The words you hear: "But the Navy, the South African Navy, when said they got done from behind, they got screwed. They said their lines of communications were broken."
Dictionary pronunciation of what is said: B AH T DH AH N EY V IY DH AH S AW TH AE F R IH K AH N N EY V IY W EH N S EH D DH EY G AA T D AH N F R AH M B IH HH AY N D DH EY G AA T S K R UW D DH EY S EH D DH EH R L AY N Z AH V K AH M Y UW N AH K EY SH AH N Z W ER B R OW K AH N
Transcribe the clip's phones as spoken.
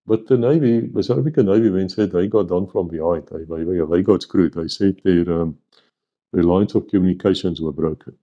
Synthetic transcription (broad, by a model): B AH T DH AH N EY V IY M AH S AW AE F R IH K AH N N EY V IY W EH N S EH D DH EY G AA T D AH N F R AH M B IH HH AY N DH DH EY G AA T S K R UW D DH EY S EH D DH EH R L AY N S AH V K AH M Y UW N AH K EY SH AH N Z W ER B R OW K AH N